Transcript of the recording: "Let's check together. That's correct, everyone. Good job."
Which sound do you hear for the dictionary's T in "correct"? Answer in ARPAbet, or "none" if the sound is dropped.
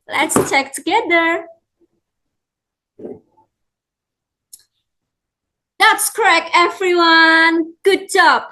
none